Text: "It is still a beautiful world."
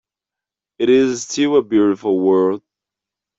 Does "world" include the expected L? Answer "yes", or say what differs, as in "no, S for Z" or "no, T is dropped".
no, L is dropped